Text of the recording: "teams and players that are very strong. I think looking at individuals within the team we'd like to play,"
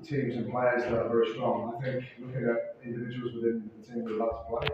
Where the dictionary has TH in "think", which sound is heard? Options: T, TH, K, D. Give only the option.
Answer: TH